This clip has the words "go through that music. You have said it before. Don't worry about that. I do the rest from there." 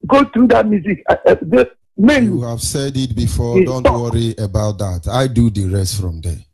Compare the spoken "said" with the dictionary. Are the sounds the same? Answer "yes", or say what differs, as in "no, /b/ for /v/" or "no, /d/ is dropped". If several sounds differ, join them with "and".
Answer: yes